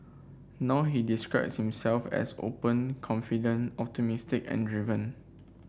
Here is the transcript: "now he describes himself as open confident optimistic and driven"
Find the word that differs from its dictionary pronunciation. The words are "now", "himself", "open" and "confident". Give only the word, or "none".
confident